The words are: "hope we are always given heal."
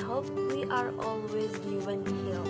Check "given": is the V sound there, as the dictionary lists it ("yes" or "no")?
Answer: no